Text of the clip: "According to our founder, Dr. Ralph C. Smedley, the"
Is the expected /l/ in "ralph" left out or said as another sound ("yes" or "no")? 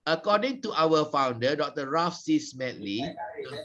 yes